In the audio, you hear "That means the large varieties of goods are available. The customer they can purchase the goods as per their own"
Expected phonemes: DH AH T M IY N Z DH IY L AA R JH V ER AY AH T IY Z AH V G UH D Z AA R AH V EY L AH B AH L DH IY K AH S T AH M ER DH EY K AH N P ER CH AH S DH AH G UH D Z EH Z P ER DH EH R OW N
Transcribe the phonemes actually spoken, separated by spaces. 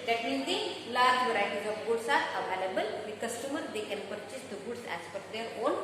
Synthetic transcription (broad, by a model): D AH T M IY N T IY L AA R JH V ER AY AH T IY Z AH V G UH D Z AA R AH V EY L AH B AH L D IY K AH S T AH M ER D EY K AH N P ER CH AH S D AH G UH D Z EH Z F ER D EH R OW N